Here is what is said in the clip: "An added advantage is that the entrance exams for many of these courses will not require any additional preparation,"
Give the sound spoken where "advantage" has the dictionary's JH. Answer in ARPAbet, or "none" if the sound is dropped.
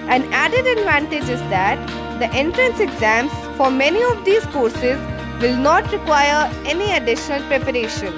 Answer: JH